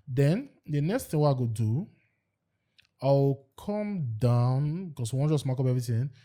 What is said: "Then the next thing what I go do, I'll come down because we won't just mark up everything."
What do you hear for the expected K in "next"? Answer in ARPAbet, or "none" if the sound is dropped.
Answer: K